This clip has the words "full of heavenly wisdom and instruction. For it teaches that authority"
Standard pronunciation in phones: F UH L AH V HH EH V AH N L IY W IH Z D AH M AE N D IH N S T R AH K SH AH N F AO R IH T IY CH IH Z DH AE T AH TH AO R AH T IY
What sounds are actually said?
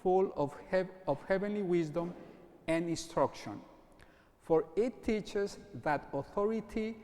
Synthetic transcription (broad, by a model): F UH L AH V HH EH V AH N L IY W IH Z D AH M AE N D IH N S T R AH K SH AH N F AO R IH T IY CH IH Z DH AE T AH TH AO R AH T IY